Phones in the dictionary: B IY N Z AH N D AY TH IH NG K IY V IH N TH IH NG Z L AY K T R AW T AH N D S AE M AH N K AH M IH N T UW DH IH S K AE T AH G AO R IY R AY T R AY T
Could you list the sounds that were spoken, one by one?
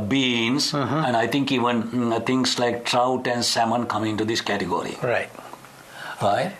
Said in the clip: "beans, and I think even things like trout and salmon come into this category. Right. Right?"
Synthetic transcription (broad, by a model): B IY N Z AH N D AY T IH NG K IY V IH N T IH NG S L AY K T R AW T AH N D S AE M AH N K AH M IH N T UW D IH S K AE T AH G AO R IY R AY T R AY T